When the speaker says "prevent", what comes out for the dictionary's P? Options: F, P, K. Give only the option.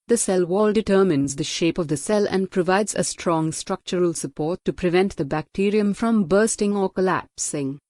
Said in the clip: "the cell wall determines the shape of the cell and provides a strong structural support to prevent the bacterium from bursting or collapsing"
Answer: P